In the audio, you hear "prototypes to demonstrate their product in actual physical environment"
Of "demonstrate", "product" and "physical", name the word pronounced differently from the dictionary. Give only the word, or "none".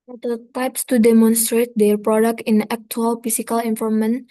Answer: physical